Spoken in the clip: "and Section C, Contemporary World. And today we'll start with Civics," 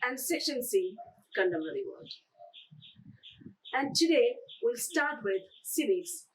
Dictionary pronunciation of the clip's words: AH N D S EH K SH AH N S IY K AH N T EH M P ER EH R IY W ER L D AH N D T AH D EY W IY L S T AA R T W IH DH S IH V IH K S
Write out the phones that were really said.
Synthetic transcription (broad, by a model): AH N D S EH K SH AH N S IY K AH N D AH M ER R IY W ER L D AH N T AH D EY W IY L S T AA R T W IH DH S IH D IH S